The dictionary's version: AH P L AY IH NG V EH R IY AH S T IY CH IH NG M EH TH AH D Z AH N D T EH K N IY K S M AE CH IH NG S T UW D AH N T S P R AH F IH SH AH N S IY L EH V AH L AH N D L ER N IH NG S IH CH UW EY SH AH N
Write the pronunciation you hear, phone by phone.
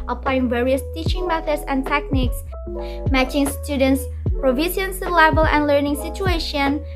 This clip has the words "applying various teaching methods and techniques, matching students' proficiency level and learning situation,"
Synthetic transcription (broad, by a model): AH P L AY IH NG V EH R IY AH S T IY CH IH NG M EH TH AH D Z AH N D T EH K N IY K S M AE CH IH NG S T UW D AH N T S P R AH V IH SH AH N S L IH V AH L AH N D L ER N IH NG S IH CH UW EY SH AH N